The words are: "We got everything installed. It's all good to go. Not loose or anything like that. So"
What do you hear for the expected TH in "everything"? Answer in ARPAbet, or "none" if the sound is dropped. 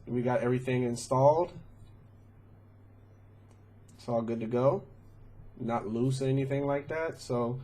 TH